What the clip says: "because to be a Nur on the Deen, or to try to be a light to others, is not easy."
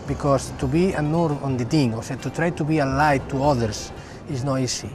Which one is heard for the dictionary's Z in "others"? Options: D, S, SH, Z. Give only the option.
S